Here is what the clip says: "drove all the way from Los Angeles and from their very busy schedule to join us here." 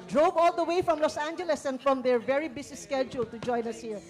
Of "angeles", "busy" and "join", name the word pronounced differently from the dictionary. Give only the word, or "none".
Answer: busy